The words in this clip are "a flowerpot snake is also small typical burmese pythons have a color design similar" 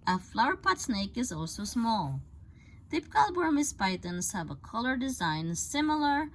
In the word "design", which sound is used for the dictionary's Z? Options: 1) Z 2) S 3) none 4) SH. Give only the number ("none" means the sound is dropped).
1